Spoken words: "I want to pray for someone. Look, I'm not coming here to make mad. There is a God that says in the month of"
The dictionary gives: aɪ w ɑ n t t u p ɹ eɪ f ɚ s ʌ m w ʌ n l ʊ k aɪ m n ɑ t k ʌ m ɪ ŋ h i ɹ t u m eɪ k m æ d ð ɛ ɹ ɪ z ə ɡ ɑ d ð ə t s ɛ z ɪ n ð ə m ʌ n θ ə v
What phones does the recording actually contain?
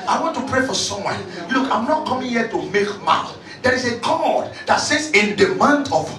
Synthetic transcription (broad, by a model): aɪ w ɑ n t t u p ɹ eɪ f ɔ s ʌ m w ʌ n l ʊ k aɪ m n ɑ t k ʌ m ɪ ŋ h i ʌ t u m eɪ k m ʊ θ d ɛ ɹ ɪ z ə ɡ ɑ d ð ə t s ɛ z ɪ n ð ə m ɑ n t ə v